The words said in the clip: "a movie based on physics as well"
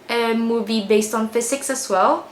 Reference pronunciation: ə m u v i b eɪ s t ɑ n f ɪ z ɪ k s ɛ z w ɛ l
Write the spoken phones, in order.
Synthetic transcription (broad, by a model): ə m u v i b eɪ s t ɑ n f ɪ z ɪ k s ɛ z w ɛ l